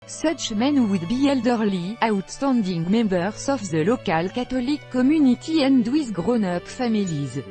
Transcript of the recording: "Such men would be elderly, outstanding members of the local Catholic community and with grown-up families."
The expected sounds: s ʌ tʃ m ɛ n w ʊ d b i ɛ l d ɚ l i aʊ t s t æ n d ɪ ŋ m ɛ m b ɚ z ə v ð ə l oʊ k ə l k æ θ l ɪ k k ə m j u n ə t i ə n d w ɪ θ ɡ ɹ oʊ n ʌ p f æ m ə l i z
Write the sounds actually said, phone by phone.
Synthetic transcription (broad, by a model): s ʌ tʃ m ɛ n w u d b i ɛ l d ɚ l i aʊ t s t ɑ n d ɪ ŋ m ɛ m b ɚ s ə f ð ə l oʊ k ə l k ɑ t l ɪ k k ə m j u n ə t i ə n d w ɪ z ɡ ɹ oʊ n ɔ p f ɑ m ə l i z